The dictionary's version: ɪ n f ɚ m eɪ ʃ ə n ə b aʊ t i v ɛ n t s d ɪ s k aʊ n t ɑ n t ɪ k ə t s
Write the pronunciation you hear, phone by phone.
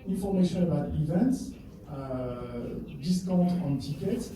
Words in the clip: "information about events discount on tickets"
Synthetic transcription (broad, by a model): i n f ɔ m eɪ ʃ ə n ə b aʊ t i v ɛ n t s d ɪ s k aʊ t ɑ n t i k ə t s